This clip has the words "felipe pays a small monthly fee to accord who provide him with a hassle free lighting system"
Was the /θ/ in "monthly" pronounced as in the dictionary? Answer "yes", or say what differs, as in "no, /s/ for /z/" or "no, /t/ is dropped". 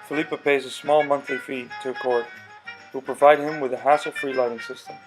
yes